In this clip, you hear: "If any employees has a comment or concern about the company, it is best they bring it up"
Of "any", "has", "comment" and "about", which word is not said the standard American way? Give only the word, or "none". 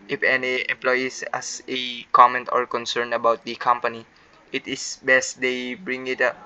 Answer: has